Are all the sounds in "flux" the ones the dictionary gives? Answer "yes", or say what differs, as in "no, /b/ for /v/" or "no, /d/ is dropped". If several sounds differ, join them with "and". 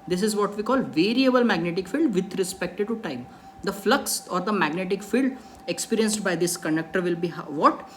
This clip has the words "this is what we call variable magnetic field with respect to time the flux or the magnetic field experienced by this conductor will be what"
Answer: yes